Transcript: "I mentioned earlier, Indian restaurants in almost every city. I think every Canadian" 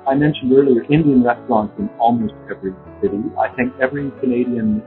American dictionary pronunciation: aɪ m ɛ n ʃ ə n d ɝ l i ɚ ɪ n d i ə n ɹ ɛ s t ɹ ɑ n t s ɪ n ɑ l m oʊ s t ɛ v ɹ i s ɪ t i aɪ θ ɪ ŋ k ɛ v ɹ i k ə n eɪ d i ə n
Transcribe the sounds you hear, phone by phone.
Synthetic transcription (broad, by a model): aɪ m ɛ n ʃ n d ɝ l i ɚ ɪ n d i ə n ɹ ɛ s t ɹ ɑ n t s ɪ n ɑ l m oʊ s t ɛ v ɹ i s ɪ t i aɪ θ ɪ ŋ k ɛ v ɹ i k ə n eɪ d i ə n